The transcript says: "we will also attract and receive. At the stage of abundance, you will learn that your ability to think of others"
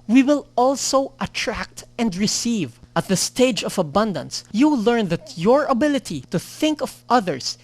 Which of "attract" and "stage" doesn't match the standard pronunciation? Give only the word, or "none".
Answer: none